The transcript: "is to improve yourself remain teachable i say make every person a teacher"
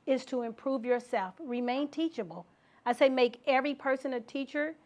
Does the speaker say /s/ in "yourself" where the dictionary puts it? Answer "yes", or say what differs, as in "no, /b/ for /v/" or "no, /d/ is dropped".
yes